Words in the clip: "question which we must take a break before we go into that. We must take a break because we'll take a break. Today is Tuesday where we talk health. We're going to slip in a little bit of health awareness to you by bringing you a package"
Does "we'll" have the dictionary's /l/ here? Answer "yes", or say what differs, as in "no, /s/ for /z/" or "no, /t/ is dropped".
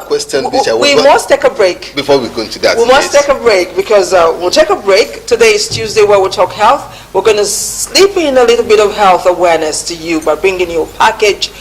yes